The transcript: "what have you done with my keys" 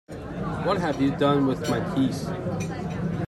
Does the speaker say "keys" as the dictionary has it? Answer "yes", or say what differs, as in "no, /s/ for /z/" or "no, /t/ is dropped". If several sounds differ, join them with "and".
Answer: no, /s/ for /z/